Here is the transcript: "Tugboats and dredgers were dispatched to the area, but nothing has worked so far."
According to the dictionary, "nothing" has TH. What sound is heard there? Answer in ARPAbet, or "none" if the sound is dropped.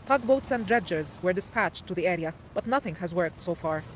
TH